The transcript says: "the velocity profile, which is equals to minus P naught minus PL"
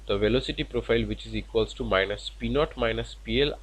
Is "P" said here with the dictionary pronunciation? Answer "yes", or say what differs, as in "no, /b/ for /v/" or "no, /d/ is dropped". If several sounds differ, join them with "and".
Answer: yes